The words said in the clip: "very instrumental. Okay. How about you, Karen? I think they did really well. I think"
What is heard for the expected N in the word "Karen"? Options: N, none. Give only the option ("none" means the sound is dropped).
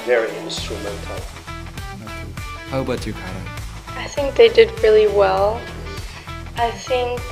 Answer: none